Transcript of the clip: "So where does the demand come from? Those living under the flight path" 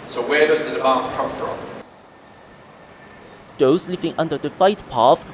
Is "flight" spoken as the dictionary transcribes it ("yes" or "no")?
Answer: no